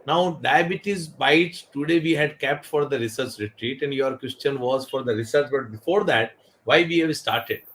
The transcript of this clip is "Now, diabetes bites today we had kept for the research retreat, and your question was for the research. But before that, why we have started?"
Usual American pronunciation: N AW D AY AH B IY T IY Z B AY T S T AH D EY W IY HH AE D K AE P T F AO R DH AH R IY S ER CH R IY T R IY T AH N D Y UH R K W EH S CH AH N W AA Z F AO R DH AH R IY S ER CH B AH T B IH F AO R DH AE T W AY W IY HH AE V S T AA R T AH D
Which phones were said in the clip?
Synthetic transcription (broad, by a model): N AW D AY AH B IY T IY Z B AY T T AH D EY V IY HH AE D K AE P T F AO R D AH R IY S ER CH R IY T R IY T AH N D Y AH R K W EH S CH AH N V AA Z F AO R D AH R IY S ER CH B AH T B IH F AO R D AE T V AY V IY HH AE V S T AA R T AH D